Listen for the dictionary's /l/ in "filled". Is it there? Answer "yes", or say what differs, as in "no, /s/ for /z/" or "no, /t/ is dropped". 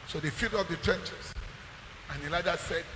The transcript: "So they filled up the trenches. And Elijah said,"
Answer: no, /l/ is dropped